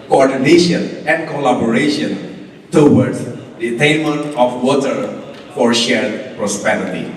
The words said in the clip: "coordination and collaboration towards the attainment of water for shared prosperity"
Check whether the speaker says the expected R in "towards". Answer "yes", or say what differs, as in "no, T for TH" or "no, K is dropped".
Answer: no, W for R